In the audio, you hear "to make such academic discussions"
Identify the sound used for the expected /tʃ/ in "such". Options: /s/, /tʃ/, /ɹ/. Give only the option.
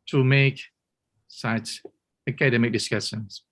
/s/